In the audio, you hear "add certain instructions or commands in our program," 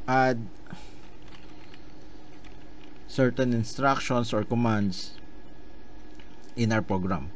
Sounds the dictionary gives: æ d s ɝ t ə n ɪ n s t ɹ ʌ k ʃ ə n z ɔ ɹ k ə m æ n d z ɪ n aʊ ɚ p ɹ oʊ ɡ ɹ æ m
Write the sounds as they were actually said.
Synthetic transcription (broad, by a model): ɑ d s ɝ t ə n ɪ n s t ɹ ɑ k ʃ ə n s ɔ ɹ k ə m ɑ n d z ɪ n aʊ ɚ p ɹ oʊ ɡ ɹ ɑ m